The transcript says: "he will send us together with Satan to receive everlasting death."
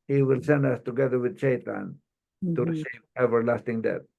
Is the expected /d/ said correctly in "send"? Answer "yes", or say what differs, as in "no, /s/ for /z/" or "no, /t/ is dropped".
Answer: yes